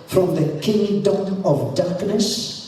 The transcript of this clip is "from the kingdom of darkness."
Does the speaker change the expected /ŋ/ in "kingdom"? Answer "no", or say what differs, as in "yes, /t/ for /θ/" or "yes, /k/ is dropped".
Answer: no